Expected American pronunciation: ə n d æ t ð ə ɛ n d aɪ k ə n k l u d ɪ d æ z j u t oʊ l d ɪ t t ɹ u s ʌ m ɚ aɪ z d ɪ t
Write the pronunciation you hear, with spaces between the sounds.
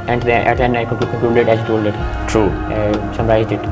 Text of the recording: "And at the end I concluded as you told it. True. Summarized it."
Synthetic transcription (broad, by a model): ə n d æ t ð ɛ n aɪ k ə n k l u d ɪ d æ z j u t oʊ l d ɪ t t ɹ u s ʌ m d aɪ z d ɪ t